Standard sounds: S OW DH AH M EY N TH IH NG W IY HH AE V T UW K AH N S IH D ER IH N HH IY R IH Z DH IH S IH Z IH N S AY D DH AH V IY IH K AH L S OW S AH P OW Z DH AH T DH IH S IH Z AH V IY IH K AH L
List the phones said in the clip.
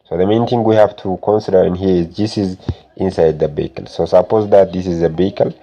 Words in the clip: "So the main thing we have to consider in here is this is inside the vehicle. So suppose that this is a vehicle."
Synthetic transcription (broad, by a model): S OW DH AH M EY N T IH NG W IY HH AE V T UW K AH N S IH D ER N HH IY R IH Z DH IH S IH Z IH N S AY D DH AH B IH K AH L S OW S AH P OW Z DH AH T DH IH S IH Z AH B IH K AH L